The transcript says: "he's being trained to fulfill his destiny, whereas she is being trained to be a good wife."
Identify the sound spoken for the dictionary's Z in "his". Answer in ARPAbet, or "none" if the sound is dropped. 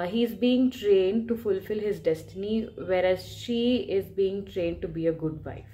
Z